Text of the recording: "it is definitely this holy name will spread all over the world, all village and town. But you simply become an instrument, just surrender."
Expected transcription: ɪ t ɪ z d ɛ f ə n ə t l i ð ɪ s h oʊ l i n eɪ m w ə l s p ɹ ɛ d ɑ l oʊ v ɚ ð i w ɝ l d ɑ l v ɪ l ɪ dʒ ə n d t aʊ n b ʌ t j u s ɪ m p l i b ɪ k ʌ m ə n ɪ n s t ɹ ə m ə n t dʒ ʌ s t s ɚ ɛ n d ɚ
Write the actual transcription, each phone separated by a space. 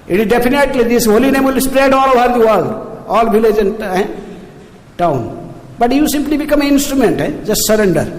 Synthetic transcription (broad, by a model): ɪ t ɪ z d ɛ p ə n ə t l i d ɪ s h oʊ l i n eɪ m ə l s p ɹ ɛ d ɑ l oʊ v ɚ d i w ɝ l d ɑ l b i l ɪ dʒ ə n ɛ t aʊ n b ʌ t j u s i m p l i b ɪ k ʌ m ə n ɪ n s t ɹ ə m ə n t dʒ ʌ s t s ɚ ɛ n d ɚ